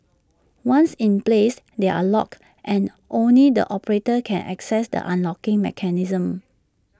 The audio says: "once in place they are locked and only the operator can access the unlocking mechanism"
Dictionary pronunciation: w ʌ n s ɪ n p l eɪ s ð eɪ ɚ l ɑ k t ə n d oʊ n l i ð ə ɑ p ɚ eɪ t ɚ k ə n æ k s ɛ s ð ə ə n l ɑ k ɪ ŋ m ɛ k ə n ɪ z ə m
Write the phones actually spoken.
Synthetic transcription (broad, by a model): w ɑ n s ɪ n p l eɪ s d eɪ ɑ l ɑ k t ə n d oʊ n l i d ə ɑ p ɚ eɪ t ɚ k ə n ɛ k s ɛ s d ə ə n l ɑ k ɪ ŋ m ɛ k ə n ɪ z ə m